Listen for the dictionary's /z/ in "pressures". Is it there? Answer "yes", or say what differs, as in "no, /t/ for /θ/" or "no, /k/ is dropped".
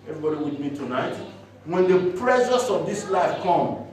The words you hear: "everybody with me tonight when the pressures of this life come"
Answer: no, /s/ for /z/